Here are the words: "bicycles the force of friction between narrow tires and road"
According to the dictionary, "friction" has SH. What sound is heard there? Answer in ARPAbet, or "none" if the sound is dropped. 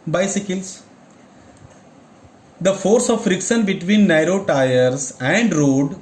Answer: S